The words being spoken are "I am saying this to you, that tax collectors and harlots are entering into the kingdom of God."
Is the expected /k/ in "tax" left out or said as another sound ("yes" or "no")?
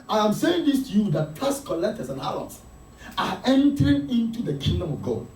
yes